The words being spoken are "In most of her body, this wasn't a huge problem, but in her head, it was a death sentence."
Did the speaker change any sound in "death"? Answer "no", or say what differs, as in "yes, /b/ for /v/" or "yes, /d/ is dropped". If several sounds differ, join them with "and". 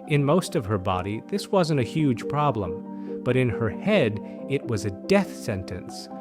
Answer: no